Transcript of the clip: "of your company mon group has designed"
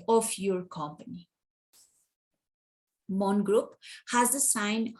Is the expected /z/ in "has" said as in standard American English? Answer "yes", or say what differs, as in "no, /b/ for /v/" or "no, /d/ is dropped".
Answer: yes